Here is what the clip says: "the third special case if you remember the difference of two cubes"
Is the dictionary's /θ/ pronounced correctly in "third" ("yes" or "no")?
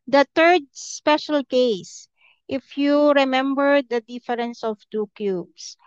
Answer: no